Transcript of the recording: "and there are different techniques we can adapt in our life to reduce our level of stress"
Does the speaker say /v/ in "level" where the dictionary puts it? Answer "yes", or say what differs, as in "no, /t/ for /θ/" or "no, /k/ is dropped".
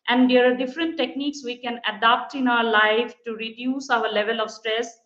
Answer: yes